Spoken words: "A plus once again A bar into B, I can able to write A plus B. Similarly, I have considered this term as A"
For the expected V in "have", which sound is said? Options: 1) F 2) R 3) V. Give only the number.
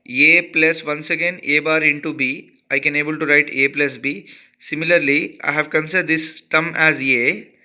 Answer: 3